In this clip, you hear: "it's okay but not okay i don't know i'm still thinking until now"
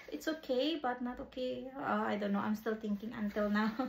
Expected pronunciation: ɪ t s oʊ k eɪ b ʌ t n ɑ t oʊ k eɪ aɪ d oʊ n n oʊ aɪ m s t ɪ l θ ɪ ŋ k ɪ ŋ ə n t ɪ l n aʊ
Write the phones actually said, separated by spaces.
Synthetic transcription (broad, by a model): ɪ t s oʊ k eɪ b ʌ t n ɑ t oʊ k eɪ aɪ d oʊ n n oʊ aɪ m s t ɪ l t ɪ ŋ k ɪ ŋ ə n t ɪ l n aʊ